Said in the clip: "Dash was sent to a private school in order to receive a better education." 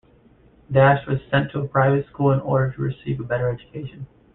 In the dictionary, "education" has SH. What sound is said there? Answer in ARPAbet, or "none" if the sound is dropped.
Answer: SH